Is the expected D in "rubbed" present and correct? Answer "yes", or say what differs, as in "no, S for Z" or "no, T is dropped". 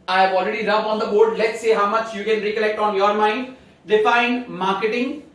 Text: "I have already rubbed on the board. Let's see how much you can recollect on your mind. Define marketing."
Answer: no, D is dropped